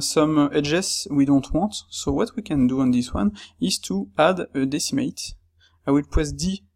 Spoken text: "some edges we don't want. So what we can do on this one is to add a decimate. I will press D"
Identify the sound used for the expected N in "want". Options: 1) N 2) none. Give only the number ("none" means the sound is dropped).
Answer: 2